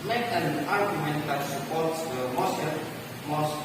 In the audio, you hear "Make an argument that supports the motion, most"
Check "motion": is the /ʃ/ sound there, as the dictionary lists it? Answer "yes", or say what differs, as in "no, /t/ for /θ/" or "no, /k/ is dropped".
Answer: no, /s/ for /ʃ/